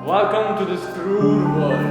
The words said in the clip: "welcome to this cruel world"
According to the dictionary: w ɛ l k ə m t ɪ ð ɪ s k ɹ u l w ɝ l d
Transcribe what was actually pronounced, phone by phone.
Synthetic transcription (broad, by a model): w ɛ l k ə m t ɪ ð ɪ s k ɹ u n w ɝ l